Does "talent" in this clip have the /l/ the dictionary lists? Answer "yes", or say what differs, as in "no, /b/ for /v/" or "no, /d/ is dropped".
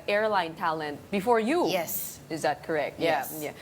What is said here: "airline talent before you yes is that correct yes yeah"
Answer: yes